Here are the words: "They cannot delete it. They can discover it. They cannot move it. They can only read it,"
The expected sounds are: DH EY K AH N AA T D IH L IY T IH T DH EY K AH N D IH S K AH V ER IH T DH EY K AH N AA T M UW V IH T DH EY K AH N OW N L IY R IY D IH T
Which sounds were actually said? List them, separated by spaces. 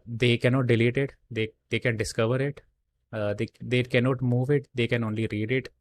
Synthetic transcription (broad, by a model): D EY K AH N AA T D IH L IY T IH T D EY K AH N D IH S K AH V ER IH T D EY K AH N AA T M UW V IH T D EY K AH N OW N L IY R IY D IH T